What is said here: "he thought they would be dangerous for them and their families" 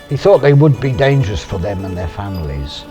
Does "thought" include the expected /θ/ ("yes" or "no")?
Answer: yes